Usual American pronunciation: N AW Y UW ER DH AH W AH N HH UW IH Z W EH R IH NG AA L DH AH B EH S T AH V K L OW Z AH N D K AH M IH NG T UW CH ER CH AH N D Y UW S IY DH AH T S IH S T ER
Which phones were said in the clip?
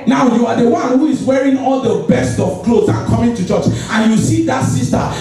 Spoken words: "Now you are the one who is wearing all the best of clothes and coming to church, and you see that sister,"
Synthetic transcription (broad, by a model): N AW Y UW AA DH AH W AH N HH UW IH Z W EH R IH NG AA L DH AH B EH S T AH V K L OW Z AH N K AH M IH NG T UW CH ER CH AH N Y UW S IY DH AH T S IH S T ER